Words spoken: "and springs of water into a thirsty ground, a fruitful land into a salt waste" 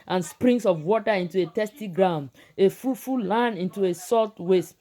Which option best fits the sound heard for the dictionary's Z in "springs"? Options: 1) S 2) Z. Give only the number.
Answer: 1